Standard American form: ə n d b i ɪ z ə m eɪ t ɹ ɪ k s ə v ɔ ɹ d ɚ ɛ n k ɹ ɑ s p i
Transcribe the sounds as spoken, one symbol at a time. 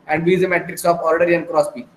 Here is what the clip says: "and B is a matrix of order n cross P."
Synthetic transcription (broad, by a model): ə n d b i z ə m eɪ t ɹ ɪ k s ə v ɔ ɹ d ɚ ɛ n k ɹ ɑ s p i